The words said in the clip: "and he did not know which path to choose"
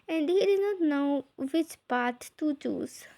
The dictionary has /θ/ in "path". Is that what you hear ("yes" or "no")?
no